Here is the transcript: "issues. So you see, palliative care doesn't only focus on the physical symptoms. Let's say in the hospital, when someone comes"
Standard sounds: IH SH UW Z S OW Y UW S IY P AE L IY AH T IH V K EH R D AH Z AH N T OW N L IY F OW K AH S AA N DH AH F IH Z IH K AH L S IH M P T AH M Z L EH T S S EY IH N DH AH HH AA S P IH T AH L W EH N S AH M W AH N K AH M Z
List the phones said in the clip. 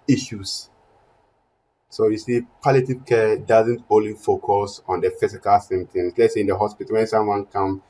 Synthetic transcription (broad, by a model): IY SH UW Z S OW Y UW S IY P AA L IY T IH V K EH D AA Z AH N T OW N L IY F OW K AH S AA N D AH F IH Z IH K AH L S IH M T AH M S L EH T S S EY IH N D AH HH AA S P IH T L W EH N S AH M W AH N K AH M